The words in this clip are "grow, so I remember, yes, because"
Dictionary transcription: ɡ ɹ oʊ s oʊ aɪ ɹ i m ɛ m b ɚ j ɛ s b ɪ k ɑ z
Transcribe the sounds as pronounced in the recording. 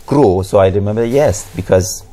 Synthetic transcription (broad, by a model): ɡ ɹ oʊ s oʊ aɪ ɹ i m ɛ m b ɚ j ɛ s b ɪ k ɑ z